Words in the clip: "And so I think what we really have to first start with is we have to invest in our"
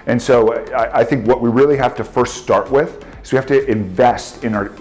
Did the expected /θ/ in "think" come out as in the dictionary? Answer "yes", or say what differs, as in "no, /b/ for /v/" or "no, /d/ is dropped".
yes